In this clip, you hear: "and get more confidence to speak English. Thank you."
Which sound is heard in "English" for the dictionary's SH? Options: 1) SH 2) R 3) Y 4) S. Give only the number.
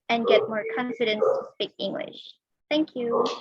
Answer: 1